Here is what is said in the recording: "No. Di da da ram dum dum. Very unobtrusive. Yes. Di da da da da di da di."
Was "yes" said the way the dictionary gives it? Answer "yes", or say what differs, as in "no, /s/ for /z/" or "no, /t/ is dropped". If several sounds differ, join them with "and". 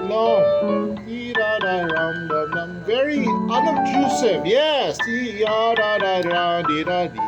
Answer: yes